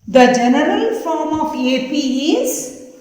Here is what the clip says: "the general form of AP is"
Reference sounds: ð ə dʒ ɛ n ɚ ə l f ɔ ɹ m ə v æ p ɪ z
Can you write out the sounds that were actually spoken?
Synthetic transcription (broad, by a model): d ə dʒ ɛ n ɚ ə l f ɔ ɹ m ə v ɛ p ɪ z